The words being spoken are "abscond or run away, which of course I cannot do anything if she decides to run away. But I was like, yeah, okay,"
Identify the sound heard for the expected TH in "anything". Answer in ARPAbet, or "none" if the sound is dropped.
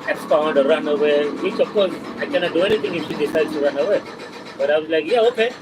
T